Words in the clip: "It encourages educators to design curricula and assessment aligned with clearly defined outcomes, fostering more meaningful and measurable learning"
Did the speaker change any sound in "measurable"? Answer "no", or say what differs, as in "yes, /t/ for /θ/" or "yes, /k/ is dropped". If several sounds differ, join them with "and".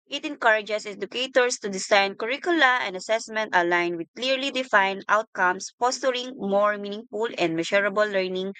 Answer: yes, /ʃ/ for /ʒ/